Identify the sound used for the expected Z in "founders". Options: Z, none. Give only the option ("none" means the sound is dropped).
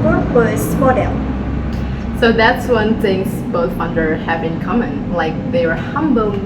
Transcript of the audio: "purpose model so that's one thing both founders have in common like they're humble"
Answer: none